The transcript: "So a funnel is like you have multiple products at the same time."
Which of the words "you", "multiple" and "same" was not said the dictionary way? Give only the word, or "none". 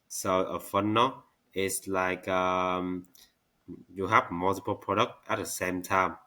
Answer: none